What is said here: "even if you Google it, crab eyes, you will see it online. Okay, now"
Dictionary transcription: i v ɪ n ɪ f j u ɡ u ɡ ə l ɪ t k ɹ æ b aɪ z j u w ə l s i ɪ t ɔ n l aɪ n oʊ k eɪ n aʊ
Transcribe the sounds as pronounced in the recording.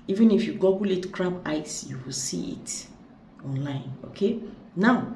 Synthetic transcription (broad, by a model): i v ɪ n ɪ f j u ɡ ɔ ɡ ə l ɪ t k ɹ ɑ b aɪ s j u w ə l s i ɪ t ɔ n l aɪ n oʊ k eɪ n aʊ